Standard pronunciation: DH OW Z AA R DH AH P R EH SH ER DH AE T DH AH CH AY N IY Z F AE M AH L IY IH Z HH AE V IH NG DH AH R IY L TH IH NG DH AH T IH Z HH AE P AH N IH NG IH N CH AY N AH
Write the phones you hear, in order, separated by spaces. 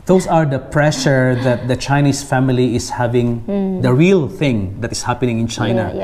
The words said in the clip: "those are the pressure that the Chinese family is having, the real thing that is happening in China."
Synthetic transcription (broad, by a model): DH OW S AA R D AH P R EH SH ER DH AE T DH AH CH AY N IY S F AE M AH L IY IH S HH AE V IH NG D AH R IY L TH IH NG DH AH T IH S HH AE P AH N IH NG IH N CH AY N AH